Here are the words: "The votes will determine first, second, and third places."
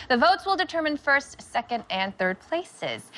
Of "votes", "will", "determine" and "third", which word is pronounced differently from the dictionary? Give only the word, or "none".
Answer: none